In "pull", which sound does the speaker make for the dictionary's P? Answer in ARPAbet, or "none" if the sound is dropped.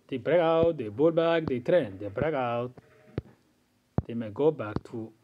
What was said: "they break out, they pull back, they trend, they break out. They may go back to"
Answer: B